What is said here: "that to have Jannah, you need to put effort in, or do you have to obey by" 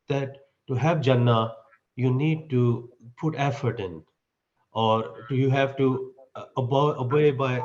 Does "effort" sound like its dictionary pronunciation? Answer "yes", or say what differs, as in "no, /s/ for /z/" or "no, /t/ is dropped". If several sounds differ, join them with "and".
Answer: yes